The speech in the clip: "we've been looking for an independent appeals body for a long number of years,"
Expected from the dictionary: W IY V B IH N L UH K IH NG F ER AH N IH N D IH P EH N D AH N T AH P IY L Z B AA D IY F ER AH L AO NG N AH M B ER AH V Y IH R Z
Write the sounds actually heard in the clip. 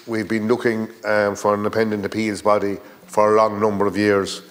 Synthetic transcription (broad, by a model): W IY V B IH N L UH K IH NG F ER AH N N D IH P EH N D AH N T AH P IY L Z B AA D IY F ER AH L AO NG N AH M B ER AH V Y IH R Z